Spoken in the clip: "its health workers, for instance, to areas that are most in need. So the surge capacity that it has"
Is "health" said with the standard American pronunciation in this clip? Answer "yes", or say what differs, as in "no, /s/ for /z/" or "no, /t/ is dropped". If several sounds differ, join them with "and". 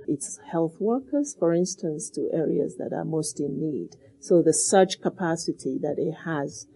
yes